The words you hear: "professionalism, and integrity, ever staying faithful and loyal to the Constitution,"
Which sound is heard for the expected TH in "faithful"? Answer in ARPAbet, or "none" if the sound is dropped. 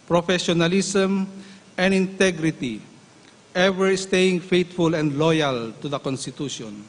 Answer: T